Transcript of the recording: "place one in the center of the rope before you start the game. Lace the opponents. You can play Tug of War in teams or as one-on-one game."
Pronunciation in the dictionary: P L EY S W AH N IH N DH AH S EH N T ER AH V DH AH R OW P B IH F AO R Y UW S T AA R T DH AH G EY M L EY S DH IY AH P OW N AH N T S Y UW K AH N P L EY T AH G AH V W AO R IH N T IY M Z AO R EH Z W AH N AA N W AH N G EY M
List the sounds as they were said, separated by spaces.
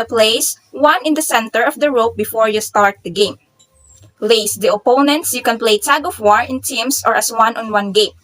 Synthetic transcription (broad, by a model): P L EY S W AH N IH N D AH S EH N T ER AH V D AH R OW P B IH F AO R Y UW S T AA R T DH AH G EY M L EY S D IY AH P OW N AH N T S Y UW K AH N P L EY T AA G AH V W AO R IH N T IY M S AO R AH S W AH N AA N W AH N G EY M